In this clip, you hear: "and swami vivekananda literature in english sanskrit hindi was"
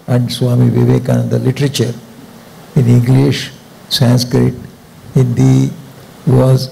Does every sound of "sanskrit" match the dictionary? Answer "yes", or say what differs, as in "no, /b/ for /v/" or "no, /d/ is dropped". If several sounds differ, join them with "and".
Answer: yes